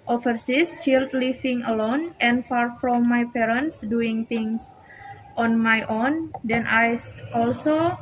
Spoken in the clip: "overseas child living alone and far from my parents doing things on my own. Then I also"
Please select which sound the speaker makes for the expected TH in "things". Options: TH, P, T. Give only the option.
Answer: T